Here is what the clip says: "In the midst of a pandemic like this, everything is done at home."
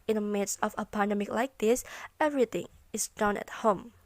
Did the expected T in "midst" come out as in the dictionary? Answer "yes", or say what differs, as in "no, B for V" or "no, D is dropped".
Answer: no, T is dropped